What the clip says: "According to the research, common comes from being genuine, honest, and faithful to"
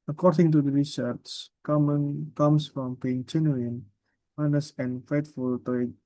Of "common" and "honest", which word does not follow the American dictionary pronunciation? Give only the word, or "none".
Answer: honest